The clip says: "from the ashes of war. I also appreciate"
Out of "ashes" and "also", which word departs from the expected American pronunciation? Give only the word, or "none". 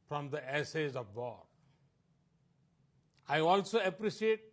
ashes